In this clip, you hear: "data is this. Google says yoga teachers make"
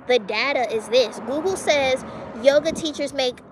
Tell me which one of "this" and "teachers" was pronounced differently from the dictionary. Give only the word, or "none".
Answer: none